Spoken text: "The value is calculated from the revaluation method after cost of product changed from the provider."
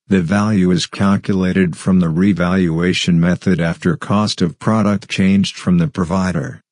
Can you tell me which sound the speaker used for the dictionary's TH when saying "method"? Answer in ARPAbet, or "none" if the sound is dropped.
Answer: TH